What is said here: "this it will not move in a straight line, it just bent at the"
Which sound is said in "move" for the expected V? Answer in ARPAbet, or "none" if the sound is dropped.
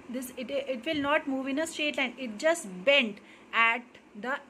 V